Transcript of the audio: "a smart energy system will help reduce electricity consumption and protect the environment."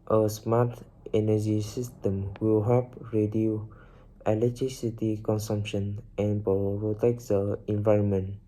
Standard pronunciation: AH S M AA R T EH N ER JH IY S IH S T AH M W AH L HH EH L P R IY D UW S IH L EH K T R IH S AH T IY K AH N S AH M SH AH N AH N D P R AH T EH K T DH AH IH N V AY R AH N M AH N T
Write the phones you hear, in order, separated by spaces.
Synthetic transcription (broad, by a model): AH S M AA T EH N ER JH IY S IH S T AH M W AH L HH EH P R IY D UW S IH L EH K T R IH S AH T IY K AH N S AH M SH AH N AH N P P R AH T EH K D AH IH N V AY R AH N M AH N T